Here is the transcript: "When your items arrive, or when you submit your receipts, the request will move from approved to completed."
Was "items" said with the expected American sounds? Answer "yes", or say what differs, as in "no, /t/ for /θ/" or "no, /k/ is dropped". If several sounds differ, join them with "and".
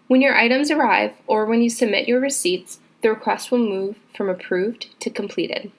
yes